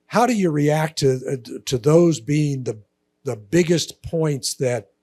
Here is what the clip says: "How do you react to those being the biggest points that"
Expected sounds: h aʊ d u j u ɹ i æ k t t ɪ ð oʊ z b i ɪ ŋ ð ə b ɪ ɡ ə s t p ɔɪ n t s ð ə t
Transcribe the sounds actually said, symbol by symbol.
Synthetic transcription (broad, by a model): h aʊ d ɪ j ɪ ɹ i æ k t t ɪ ð oʊ z b i ɪ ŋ ð ə b ɪ ɡ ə s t p ɔɪ n t s ð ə t